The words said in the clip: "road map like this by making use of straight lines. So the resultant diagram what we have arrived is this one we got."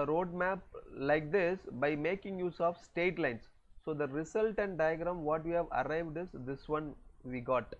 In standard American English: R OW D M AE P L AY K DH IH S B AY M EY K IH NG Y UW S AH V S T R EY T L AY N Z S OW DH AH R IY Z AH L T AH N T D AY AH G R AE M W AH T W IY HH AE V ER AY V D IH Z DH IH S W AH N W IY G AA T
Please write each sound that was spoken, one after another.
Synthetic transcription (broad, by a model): R OW D M AE P L AY K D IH S B AY M EY K IH NG Y UW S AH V S T EY T L AY N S S OW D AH R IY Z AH L T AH N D D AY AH G R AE M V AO T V IY HH AE V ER AY V D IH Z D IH S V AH N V IY G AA T